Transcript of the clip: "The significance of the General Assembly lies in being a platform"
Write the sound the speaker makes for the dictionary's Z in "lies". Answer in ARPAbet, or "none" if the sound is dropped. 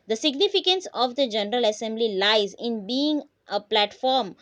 Z